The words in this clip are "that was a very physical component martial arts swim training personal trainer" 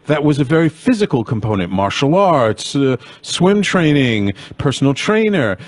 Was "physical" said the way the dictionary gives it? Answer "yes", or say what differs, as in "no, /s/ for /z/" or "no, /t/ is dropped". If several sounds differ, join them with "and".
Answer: yes